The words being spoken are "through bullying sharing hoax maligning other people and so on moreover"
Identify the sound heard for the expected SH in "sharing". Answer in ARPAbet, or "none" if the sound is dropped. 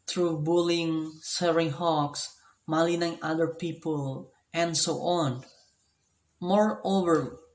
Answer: S